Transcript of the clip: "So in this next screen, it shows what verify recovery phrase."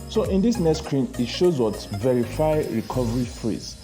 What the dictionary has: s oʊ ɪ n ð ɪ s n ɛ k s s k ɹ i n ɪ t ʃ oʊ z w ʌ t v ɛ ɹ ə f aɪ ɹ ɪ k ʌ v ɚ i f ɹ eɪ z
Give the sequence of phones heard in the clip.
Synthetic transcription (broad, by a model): s oʊ ɪ n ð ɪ s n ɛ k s s k ɹ i n ɪ t ʃ oʊ z w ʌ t v ɛ ɹ ə f aɪ ɹ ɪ k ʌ v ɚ i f ɹ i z